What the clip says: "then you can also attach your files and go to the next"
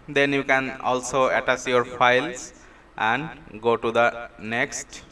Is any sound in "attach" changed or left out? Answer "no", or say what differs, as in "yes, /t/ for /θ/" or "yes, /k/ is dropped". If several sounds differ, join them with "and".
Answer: yes, /s/ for /tʃ/